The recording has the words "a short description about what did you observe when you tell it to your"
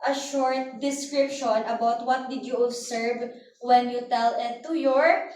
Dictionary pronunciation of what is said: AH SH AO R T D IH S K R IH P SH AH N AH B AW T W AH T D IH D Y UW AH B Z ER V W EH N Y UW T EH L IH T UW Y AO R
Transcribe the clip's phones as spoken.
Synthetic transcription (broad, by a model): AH SH AO R T D IH S K R IH P SH AH N AH B AW T W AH T D IH D Y UW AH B S ER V W EH N Y UW T EH L IH T UW Y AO R